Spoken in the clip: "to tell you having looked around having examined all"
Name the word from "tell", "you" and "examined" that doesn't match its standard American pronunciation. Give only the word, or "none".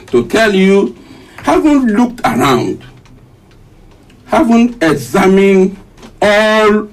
examined